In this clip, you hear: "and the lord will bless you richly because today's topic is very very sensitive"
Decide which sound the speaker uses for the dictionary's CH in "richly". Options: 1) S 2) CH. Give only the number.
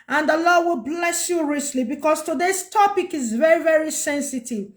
1